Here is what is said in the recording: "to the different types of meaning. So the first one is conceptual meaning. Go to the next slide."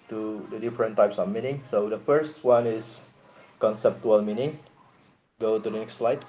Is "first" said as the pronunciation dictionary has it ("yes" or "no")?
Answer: yes